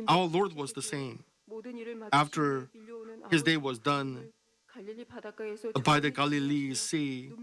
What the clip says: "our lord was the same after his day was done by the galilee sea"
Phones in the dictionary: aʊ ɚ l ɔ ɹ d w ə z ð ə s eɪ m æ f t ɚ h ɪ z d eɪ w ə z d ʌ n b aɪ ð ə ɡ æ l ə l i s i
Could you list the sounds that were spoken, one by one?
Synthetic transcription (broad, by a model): aʊ ɚ l ɔ ɹ d w ə z ð ə s eɪ m æ f t ɚ h ɪ z d eɪ w ə z d ʌ n b aɪ ð ə ɡ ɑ l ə l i s i